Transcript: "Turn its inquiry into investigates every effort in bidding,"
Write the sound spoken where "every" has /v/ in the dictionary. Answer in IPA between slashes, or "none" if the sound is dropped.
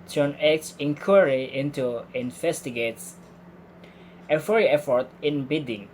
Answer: /f/